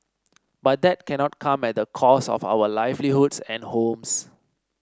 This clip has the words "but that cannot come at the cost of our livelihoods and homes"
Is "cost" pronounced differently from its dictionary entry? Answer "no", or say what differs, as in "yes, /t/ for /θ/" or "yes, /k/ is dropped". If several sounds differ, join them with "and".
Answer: yes, /t/ is dropped